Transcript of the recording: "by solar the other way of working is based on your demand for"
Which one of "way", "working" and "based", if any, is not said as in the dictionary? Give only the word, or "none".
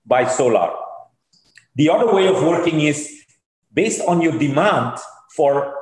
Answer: none